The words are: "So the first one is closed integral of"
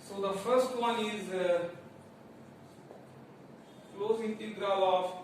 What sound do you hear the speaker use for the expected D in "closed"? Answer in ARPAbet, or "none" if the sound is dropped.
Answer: none